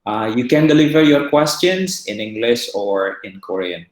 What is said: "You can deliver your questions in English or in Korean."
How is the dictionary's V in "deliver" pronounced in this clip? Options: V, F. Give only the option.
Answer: V